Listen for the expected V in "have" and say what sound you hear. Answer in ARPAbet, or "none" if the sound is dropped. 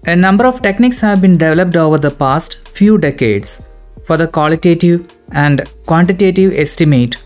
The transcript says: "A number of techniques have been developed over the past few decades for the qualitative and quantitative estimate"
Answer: V